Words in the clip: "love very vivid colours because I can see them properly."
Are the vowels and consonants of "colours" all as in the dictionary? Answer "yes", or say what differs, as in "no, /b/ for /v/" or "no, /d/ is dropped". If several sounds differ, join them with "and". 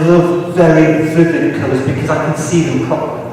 no, /l/ is dropped